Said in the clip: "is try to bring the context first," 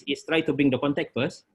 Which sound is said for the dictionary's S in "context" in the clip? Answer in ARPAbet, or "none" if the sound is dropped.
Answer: none